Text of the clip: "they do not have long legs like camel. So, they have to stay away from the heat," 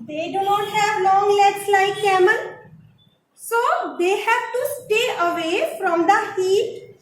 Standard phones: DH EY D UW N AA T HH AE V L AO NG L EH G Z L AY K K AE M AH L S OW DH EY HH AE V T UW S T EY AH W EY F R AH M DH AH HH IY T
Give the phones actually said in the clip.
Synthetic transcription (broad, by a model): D EY D UW N AA T HH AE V L AO NG L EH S L AY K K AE M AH N S OW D EY HH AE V T UW S T EY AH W EY F R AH M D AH HH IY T